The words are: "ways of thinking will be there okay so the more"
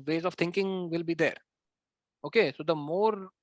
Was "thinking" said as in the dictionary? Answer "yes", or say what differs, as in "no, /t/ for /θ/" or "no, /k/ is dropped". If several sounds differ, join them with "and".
no, /t/ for /θ/